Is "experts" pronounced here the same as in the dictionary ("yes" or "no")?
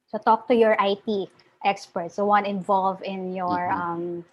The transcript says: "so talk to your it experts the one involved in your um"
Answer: yes